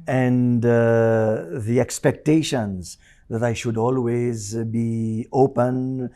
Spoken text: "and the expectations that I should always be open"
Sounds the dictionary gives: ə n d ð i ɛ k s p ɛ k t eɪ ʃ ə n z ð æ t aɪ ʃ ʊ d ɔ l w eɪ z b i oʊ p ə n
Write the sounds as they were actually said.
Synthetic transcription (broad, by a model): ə n d ð i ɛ k s p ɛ k t eɪ ʃ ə n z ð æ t aɪ ʃ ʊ d ɔ l w eɪ z b i oʊ p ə n